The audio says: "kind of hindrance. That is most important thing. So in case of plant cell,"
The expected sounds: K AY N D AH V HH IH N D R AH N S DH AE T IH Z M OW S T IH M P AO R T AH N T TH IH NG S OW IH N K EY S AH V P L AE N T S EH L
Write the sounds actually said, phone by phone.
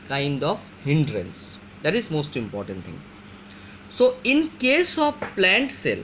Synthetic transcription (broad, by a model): K AY N D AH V HH IH N D R AH N S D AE T IH Z M OW S T IH M P AO R T AH N T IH NG S OW IH N K EY S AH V P L AE N T S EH L